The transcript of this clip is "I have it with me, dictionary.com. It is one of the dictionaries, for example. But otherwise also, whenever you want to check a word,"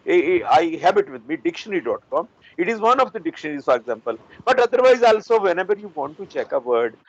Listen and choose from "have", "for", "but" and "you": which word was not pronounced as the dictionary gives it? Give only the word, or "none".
have